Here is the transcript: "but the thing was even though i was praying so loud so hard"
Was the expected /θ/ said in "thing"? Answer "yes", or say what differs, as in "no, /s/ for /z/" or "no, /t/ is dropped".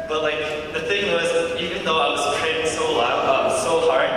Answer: yes